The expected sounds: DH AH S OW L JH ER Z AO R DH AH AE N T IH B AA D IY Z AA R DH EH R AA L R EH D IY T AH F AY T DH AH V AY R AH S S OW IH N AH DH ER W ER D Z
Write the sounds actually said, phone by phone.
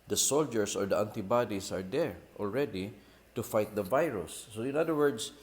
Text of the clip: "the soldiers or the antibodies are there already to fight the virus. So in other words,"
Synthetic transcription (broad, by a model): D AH S OW L JH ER S AO R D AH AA N T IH B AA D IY S AA R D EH R AA L R EH D IY T AH F AY T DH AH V AY R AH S S OW IH N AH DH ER W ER D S